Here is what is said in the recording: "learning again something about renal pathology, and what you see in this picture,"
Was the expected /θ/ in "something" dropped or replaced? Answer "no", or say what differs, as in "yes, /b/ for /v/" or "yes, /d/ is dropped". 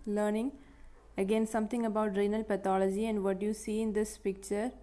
yes, /t/ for /θ/